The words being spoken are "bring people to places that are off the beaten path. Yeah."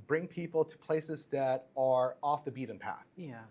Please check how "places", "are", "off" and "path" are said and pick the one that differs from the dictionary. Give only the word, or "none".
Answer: none